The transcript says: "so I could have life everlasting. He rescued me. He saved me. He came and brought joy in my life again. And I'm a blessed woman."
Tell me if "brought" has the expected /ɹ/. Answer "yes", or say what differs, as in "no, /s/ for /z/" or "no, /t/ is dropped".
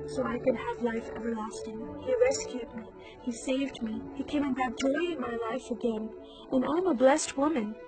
no, /ɹ/ is dropped